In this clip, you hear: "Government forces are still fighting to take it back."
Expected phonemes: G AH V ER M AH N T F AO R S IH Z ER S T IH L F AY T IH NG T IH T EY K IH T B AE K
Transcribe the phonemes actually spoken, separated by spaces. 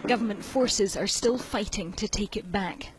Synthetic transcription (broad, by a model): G AH V ER M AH N T F AO R S IH Z ER S T IH L F AY T IH NG T IH T EY K IH T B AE K